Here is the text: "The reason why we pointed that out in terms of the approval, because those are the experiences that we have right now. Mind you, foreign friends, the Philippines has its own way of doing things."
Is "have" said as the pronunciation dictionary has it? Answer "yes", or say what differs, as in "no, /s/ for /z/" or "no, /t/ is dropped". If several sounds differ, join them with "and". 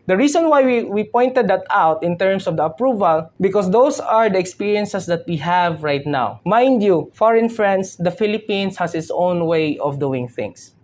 yes